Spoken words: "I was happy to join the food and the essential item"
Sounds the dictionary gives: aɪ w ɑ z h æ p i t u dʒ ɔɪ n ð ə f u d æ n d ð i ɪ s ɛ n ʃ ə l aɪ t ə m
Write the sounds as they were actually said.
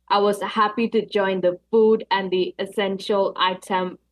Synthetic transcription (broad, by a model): aɪ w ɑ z h æ p i t u dʒ ɔɪ n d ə f u d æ n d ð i ɪ s ɛ n ʃ ə l aɪ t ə m